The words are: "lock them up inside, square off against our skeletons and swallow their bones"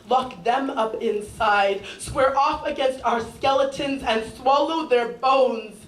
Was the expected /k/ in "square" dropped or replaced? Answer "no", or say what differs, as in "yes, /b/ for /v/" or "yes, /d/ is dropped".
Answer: yes, /k/ is dropped